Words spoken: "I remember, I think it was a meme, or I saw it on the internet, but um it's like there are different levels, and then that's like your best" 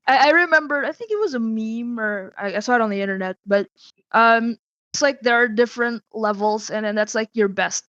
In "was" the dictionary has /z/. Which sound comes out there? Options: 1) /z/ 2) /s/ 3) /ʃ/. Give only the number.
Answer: 1